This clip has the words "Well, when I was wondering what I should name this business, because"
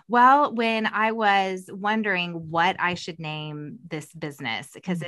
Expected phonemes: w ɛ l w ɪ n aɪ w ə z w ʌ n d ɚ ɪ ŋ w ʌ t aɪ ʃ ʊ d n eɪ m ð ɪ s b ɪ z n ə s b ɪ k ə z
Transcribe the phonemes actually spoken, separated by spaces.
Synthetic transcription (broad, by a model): w ɛ l w ɪ n aɪ w ə z w ʌ n d ɚ ɪ ŋ w ʌ t aɪ ʃ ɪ d n eɪ m ð ɪ s b ɪ z n ə s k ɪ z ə